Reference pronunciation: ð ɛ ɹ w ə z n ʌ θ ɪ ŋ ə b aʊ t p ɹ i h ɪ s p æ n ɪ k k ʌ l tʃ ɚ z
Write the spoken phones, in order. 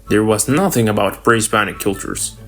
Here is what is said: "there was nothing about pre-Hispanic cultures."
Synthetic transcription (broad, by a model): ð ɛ ɹ w ə z n ʌ θ ɪ ŋ ə b aʊ t b ɹ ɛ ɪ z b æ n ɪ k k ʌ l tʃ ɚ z